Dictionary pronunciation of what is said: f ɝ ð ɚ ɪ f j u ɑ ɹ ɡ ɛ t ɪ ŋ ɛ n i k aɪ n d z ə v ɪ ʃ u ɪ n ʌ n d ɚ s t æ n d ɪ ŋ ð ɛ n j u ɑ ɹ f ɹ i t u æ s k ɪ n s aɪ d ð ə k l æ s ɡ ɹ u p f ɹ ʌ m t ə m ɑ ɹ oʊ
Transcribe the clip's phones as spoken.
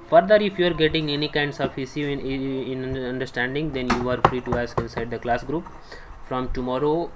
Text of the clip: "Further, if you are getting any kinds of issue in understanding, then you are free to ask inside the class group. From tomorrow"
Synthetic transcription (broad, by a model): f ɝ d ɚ ɪ f j u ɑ ɹ ɡ ɛ t ɪ ŋ ɛ n i k aɪ n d s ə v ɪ s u ɪ n ʌ n d ɚ s t æ n d ɪ ŋ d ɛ n j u ɑ ɹ f ɹ i t u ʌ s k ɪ n s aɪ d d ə k l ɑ s ɡ ɹ u p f ɹ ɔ m t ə m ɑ ɹ oʊ